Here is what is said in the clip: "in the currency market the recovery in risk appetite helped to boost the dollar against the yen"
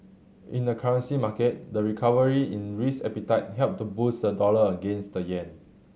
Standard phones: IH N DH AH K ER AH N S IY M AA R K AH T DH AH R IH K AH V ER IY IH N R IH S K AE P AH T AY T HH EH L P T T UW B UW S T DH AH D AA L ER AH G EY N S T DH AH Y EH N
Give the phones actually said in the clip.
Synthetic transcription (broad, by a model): IH N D AH K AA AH N S IY M AA K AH T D AH R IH K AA V ER IY IH N R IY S EH P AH T AY T HH EH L P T T UW B UW S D AH D AA L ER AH G EY N S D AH Y EH N